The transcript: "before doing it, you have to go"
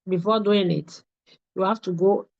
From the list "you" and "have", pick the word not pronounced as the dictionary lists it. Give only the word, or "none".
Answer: have